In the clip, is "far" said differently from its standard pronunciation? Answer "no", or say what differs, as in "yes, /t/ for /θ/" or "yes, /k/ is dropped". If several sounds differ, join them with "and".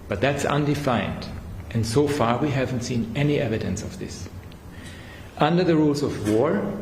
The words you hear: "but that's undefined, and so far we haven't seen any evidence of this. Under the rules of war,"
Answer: no